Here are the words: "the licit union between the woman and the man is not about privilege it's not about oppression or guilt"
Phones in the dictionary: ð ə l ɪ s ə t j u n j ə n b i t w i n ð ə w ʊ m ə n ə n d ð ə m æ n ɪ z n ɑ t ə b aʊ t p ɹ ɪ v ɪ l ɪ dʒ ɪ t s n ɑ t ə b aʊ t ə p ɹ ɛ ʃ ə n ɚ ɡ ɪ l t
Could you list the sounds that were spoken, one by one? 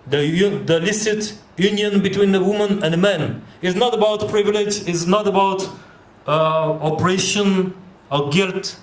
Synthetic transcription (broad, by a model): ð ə l ɪ s ə t j u n j ə n b i t w i n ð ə w ʊ m ə n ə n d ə m æ n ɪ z n ɑ t ə b aʊ t p ɹ ɪ v ɪ l ɪ dʒ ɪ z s n ɑ t ə b aʊ t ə p ɹ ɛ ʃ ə n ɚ ɡ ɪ l t